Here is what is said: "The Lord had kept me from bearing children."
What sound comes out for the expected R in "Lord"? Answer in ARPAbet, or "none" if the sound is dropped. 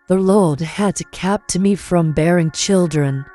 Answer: L